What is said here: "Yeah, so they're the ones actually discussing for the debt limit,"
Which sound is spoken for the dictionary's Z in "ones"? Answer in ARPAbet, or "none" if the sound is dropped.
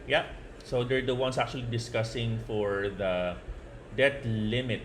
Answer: S